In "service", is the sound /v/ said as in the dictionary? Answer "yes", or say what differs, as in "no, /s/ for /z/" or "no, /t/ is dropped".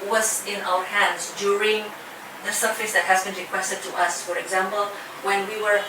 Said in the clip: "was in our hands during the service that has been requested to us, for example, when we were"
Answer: no, /f/ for /v/